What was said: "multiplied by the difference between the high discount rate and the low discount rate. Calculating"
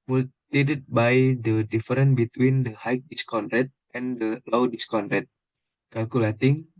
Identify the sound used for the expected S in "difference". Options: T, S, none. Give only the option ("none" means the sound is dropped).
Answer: none